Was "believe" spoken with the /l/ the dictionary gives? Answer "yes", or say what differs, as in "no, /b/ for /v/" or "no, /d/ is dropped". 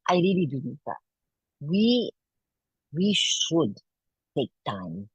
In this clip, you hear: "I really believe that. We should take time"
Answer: no, /n/ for /l/